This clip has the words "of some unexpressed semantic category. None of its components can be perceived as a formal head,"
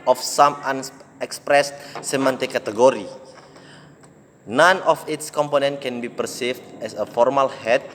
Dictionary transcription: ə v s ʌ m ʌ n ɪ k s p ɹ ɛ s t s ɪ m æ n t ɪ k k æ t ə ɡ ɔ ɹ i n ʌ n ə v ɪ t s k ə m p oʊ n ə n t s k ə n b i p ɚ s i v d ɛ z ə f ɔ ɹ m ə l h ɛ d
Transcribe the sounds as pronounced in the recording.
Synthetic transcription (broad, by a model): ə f s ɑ m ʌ n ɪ k s p ɹ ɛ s s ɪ m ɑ n t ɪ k k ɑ t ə ɡ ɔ ɹ i n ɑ n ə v ɪ t s k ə m p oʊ n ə n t k ə n b i p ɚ s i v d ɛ s ə f ɔ ɹ m ə l h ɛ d